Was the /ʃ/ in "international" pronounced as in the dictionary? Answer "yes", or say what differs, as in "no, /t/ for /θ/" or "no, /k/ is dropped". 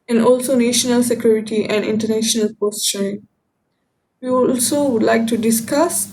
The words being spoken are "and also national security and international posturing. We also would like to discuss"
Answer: yes